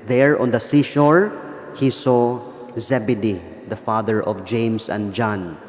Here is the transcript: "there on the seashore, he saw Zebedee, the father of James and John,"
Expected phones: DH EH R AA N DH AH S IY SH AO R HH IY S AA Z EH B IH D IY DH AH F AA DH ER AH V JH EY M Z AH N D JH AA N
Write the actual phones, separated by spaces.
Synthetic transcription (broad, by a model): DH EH R AA N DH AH S IY SH AO R HH IY S AA Z EH B IH D IY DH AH F AA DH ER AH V JH EY M S AH N D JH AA N